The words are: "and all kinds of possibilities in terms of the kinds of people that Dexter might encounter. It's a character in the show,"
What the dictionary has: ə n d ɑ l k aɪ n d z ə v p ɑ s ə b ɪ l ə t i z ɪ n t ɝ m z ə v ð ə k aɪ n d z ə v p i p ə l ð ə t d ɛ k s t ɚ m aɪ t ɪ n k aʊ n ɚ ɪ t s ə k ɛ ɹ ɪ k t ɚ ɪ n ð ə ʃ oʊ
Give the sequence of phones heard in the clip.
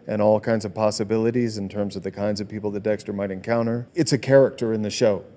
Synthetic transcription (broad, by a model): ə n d ɑ l k aɪ n d z ə v p ɑ s ə b ɪ l ə t i z ɪ n t ɝ m z ə v ð ə k aɪ n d z ə v p i p l ð ə t d ɛ k s t ɚ m aɪ t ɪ n k aʊ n ɚ ɪ t s ə k ɛ ɹ ɪ k t ɚ ɪ n ð ə ʃ oʊ